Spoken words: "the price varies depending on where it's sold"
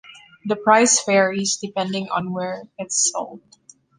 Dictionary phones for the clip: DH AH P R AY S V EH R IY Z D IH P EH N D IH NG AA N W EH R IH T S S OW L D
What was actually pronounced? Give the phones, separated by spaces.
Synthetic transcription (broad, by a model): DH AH P R AY S F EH R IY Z D IH P EH N D IH NG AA N W EH R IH T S S OW L D